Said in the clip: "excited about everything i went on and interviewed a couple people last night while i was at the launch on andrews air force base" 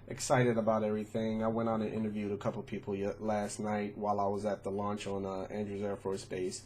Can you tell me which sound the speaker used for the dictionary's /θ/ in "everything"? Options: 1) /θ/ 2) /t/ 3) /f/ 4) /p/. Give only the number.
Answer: 1